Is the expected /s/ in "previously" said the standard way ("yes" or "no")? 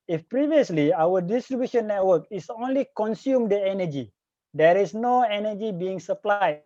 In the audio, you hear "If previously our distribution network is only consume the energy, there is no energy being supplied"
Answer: yes